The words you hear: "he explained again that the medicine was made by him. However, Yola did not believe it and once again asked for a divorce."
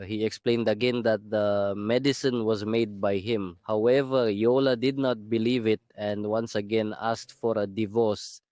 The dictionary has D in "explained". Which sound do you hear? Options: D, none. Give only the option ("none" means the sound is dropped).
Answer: D